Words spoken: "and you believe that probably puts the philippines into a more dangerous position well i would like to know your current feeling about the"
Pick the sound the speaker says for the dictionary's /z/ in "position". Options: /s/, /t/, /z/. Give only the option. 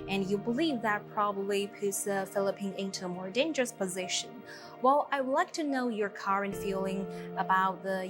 /z/